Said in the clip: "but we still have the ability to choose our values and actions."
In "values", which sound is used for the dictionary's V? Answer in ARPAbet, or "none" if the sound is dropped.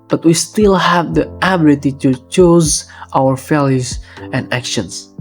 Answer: F